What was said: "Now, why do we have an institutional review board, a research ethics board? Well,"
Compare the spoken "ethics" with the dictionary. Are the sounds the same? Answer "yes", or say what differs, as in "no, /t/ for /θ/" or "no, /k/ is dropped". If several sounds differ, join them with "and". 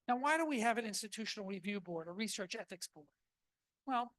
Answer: yes